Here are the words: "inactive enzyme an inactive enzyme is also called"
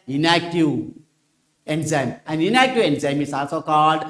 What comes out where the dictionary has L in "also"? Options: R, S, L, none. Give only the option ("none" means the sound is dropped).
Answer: none